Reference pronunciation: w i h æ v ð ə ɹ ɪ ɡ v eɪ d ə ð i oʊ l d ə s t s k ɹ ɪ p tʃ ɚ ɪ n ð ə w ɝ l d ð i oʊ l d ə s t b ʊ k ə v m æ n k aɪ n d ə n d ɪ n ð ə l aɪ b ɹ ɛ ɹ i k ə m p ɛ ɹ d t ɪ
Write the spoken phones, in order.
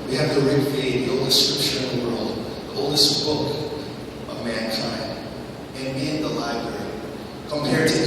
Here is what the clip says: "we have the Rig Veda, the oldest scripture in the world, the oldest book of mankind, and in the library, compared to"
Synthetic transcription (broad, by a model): w i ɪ v ð ə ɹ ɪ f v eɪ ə ð i oʊ l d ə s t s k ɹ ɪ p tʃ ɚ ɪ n ð ə w ɝ l d ð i oʊ l d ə s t b ʊ k ə v m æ n k aɪ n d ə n ɪ n ð ə l aɪ b ɹ ɛ ɹ i k ə m p ɛ ɹ d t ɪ